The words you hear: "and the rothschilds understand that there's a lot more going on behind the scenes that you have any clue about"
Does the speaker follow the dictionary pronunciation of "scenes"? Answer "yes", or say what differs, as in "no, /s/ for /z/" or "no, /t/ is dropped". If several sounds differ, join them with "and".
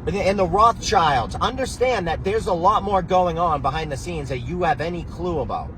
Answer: yes